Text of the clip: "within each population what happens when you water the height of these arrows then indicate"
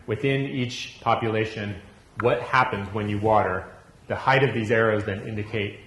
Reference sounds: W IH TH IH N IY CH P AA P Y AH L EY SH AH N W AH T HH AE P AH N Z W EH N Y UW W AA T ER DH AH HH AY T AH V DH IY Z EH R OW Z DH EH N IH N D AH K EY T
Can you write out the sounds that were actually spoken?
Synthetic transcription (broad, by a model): W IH TH IH N IY CH P AA P Y AH L EY SH AH N W AH T HH AE P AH N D W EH N Y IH W AA T ER DH AH HH AY T AH V DH IY Z EH R OW Z DH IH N IH N D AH K EY T